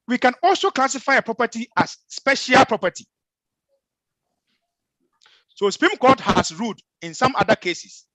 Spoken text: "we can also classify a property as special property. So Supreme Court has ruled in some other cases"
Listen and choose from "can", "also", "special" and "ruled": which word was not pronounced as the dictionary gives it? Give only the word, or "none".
ruled